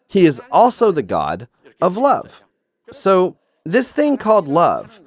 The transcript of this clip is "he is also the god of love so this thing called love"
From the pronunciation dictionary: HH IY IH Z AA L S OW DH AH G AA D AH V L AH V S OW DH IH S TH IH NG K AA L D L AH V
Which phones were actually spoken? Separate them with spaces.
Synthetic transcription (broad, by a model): HH IY IH Z AA L S OW DH AH G AA D AH V L AH V S OW DH IH S TH IH NG K AA L D L AH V